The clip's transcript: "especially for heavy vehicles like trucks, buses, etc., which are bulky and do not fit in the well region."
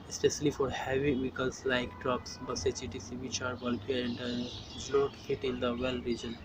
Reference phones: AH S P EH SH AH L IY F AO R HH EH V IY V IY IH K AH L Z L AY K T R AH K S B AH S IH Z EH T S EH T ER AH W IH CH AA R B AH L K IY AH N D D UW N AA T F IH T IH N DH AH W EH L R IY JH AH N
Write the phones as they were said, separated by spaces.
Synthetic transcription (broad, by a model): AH S P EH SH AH L IY F AO R HH EH V IY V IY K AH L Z L AY K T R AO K S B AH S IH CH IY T IY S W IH CH AA R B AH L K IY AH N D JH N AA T F IH T IH N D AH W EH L R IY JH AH N